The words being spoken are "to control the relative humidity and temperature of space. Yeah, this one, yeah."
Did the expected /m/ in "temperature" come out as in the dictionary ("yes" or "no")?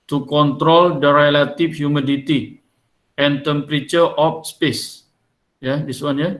yes